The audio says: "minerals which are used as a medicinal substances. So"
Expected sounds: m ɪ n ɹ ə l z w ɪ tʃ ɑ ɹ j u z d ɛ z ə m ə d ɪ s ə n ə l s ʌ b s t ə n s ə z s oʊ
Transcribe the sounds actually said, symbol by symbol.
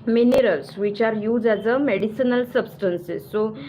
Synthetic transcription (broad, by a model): m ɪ n ɹ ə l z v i tʃ ɑ ɹ j u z ɛ z ə m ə d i s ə n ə l s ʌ b s t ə n s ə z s oʊ